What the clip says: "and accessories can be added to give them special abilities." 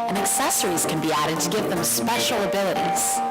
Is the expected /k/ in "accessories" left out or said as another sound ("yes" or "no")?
no